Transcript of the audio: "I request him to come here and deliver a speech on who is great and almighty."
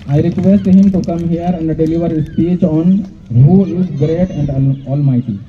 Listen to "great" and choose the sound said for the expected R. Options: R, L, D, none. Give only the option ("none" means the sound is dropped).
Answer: R